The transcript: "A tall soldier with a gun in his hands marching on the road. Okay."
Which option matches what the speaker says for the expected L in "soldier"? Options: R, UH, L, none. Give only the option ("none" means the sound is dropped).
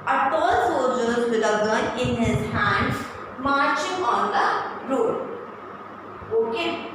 none